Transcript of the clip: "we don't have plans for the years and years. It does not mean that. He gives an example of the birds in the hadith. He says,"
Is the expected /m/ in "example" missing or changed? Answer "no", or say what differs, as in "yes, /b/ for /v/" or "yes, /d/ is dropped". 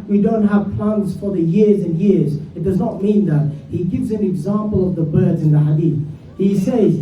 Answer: no